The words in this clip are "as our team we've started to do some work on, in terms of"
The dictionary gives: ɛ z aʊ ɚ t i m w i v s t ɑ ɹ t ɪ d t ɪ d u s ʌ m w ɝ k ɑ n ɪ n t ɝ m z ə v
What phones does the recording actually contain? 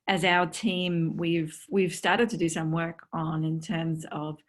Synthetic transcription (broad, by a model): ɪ z aʊ ɚ t i m w i v s t ɑ ɹ t ɪ d t ɪ d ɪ s ʌ m w ɝ k n ɪ n t ɝ m z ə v